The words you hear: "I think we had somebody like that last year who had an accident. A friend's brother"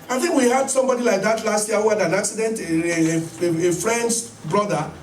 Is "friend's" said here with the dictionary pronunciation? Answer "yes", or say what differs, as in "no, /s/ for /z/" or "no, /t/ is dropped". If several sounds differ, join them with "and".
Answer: no, /s/ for /z/